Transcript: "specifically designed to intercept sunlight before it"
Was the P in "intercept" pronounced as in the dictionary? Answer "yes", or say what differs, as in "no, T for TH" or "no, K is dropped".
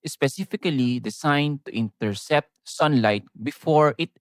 yes